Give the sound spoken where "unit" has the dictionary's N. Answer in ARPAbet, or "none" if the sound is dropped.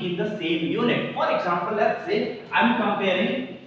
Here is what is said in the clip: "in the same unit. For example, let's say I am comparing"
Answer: L